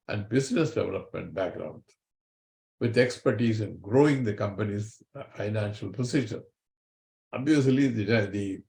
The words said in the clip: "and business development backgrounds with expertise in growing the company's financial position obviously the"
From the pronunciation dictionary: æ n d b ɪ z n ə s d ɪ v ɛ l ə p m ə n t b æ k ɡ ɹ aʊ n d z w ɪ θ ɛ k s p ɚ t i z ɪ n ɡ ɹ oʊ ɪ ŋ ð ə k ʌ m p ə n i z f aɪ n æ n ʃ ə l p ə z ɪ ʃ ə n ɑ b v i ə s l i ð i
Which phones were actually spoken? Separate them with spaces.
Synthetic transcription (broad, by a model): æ n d b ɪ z n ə s d ɪ v ɛ l ə p m ə n t b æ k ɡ ɹ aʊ n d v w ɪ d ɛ k s p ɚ t i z ɪ n ɡ ɹ oʊ ɪ ŋ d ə k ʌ m p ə n i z f aɪ n æ n ʃ ə l p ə s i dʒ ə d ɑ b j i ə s l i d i